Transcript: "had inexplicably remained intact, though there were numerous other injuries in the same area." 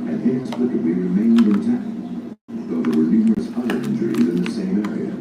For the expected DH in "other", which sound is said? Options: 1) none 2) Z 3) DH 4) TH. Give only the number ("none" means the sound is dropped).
1